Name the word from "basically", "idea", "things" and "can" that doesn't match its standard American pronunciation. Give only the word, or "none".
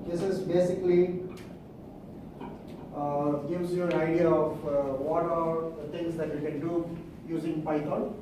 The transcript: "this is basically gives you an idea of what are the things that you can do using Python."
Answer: things